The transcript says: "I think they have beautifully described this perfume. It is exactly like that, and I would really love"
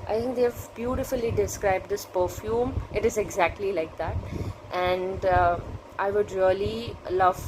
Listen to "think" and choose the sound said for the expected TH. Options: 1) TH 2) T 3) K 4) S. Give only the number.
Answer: 2